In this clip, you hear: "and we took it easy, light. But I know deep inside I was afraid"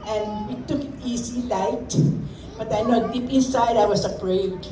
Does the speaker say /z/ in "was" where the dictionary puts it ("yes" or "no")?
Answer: no